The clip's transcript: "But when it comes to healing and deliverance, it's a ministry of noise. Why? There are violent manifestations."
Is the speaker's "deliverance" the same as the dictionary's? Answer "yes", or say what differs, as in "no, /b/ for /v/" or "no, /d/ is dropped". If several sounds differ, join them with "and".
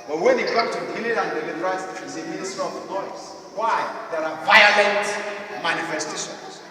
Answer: no, /n/ is dropped